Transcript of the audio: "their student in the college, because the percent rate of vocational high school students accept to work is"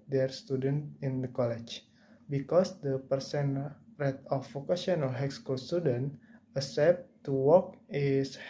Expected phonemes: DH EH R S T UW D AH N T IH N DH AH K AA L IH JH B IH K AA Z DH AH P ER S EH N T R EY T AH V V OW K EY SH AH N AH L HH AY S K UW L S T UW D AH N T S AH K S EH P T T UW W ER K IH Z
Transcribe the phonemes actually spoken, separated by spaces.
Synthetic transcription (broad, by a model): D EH R S T UW D AH N T IH N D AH K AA L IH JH B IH K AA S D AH P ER S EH N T R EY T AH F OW K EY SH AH N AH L HH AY S K UW L S T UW D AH N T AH S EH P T T UW W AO K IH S